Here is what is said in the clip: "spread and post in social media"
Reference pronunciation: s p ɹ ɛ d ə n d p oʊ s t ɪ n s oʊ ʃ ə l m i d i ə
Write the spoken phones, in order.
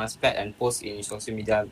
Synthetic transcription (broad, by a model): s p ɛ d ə n p oʊ s t ɪ n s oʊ s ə m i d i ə